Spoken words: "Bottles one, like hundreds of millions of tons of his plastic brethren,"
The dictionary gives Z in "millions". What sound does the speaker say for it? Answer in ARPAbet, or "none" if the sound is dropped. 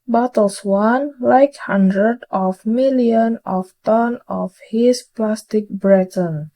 none